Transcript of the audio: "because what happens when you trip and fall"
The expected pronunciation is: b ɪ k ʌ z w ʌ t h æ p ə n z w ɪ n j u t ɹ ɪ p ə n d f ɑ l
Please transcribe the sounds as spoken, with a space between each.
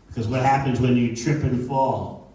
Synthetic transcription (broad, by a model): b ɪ k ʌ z w ʌ t h æ p ə n z w ɪ n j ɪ t ɹ ɪ p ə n f ɑ l